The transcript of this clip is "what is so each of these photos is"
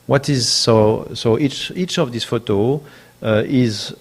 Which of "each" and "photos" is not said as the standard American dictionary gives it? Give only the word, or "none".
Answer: photos